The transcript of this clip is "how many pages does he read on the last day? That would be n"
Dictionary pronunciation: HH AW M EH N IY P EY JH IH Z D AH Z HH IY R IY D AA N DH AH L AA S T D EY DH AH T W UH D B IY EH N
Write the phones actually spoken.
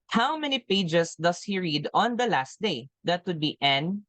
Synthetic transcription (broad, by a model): HH AW M EH N IY P EY JH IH S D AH S HH IY R IY D AA N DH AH L AA S T D EY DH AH T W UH D B IY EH N